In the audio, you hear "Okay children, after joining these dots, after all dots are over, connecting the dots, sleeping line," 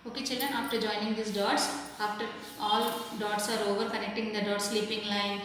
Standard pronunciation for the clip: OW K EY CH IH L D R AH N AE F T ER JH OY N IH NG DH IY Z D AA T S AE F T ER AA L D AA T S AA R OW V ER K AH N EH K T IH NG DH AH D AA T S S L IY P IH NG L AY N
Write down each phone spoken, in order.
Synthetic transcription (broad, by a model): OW K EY CH IH L D R AH N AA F T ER JH OY N IH NG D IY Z D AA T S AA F T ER AA L D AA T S AA R OW V ER K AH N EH K T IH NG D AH D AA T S S L IY P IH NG L AY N